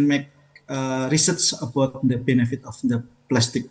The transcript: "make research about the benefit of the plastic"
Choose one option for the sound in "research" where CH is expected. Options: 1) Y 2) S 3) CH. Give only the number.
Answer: 2